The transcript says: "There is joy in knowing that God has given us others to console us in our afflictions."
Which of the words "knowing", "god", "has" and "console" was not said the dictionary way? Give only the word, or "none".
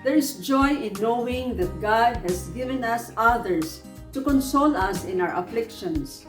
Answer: has